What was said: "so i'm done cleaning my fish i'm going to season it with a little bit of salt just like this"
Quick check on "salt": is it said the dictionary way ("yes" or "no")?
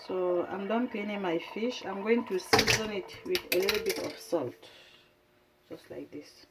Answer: yes